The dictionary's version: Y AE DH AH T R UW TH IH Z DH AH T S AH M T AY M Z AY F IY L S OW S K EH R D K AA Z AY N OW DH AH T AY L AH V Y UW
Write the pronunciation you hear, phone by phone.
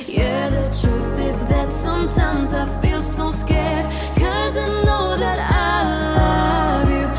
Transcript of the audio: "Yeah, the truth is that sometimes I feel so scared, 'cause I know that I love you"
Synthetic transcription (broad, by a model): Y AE DH AH T R UW TH IH Z DH AH T S AH M T AY M Z AY F IY L S OW S K EH R D K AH Z AY N OW DH AH T AY L AH V Y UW